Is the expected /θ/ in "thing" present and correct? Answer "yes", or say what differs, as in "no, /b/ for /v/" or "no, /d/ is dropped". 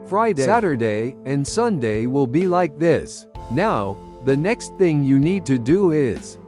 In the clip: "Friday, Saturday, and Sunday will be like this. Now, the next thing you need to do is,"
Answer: yes